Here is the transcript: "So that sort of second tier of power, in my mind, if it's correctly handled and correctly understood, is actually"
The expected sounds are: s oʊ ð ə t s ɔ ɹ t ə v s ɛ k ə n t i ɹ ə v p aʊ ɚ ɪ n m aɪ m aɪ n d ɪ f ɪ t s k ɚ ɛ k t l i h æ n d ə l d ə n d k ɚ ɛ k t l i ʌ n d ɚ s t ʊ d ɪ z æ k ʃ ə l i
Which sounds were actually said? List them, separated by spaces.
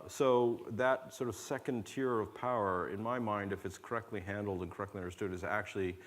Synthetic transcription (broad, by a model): s oʊ ð ə t s ɔ ɹ t ə v s ɛ k ə n t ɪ ɹ ə v p aʊ ɚ ɪ n m aɪ m aɪ n d ɪ f ɪ t s k ɚ ɛ k t l i h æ n d l d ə n k ɚ ɛ k t l i ʌ n d ɚ s t ʊ d ɪ z æ k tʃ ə l i